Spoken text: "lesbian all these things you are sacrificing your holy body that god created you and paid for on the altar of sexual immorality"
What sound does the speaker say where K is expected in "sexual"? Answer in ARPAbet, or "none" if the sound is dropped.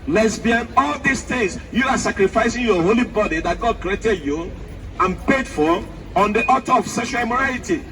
none